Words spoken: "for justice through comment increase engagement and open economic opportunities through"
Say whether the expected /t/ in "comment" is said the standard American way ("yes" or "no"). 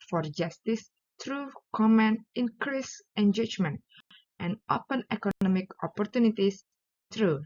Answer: no